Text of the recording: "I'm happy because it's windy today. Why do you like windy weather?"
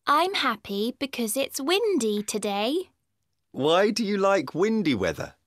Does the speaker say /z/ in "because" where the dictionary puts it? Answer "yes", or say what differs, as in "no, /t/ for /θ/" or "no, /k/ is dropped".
yes